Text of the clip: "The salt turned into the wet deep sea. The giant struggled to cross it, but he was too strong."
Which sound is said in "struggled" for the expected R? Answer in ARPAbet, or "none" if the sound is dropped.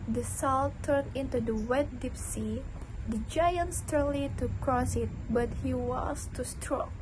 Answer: none